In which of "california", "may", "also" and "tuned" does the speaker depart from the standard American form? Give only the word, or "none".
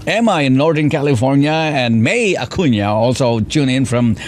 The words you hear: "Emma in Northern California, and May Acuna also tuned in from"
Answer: tuned